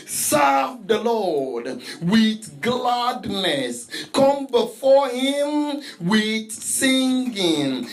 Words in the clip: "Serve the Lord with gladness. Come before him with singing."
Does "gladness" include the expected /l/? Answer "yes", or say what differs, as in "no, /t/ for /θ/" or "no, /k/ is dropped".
yes